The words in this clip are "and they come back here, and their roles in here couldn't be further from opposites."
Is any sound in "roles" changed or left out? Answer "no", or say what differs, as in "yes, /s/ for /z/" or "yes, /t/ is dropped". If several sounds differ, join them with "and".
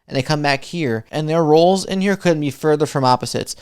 no